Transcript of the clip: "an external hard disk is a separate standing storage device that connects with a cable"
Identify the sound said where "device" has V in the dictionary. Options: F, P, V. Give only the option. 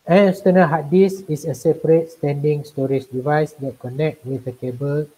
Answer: V